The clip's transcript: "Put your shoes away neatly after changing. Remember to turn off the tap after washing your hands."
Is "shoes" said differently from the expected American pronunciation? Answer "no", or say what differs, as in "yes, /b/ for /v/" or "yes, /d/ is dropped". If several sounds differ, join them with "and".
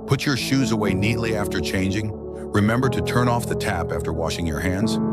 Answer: no